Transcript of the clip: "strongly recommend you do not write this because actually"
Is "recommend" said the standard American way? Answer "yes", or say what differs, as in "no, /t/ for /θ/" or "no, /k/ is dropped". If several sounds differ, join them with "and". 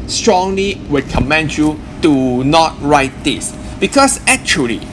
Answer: no, /w/ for /ɹ/